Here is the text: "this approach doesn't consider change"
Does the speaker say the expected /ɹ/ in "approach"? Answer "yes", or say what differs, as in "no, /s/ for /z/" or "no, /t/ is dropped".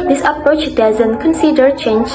yes